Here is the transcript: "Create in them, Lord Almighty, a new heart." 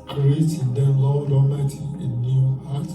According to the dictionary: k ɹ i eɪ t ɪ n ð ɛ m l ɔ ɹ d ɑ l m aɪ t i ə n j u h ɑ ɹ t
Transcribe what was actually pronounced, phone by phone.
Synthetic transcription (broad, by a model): k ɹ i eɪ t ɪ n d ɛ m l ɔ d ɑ m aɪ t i ə n j u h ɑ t